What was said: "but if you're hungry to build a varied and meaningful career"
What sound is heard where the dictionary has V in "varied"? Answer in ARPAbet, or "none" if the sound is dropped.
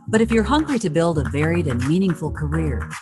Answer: V